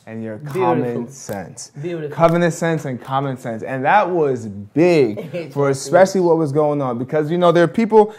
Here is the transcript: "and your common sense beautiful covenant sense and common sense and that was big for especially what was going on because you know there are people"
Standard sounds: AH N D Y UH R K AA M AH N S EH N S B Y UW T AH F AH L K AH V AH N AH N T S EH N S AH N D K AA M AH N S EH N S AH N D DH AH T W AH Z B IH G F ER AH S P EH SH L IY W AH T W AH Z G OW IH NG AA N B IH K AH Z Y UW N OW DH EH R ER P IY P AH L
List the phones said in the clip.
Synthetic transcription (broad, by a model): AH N Y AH R K AA M AH N S EH N S K AH V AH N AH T S EH N S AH N K AA M AH N S EH N S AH N DH AH T W AH Z B IH G F ER AH S P EH SH L IY W AH T W AH Z G OW IH NG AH N B IH K AH Z Y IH N OW DH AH R P IY P L